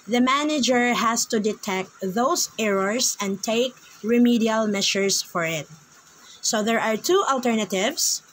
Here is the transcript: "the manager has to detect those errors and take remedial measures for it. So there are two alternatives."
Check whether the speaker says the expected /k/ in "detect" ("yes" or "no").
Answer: yes